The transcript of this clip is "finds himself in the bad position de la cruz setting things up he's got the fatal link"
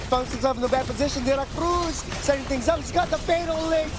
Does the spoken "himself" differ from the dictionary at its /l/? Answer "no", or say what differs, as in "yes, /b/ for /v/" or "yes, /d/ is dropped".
yes, /l/ is dropped